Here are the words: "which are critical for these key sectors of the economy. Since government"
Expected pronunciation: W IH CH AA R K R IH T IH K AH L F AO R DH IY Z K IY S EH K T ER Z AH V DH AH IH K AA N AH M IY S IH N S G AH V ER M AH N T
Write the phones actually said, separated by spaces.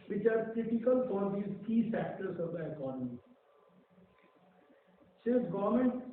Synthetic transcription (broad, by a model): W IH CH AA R K R IH T IH K AH L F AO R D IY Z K IY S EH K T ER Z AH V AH IH K AA N AH M IY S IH S G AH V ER M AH N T